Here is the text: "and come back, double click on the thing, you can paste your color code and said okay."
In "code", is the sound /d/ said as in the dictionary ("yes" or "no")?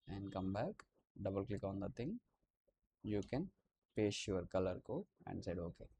no